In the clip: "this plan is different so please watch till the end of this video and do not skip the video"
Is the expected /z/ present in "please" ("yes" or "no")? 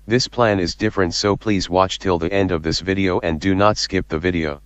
yes